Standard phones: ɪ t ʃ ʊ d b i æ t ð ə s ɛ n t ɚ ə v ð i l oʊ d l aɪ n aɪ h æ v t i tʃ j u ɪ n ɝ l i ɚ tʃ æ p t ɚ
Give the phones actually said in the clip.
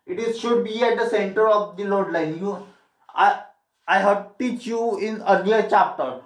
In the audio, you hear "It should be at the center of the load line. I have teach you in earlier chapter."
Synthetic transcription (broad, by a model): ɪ t ʃ ʊ d b i æ t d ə s ɛ n t ɚ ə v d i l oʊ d l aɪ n aɪ h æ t t i tʃ j u ɪ n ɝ n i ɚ tʃ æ p t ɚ